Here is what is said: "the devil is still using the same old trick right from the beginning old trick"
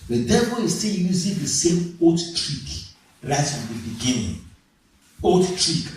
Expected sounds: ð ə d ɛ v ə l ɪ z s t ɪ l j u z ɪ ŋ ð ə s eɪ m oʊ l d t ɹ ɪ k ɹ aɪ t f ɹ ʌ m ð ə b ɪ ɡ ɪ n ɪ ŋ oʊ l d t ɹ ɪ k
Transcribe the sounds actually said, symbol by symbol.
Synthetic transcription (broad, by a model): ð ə d ɛ v ə l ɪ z s t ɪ l j u z ɪ ŋ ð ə s eɪ m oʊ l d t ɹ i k ɹ aɪ t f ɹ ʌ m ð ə b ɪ ɡ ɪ n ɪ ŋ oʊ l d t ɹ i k